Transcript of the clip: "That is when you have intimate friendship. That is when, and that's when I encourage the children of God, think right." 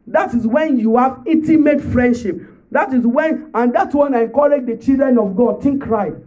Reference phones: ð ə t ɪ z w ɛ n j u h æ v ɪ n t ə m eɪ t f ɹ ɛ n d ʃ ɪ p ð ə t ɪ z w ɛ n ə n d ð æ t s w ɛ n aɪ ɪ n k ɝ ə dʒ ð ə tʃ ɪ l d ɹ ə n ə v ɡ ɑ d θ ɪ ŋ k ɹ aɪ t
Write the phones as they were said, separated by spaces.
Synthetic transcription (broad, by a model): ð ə t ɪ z w ɛ n j u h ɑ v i t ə m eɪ t f ɹ ɛ n d ʃ ɪ p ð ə t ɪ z w ɛ n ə n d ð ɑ t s w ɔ n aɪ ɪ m k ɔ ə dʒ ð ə tʃ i l d ɹ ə n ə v ɡ ɑ d t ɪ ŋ k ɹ aɪ